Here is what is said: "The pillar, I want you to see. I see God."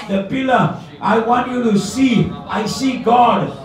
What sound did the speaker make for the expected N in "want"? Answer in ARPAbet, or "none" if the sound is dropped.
N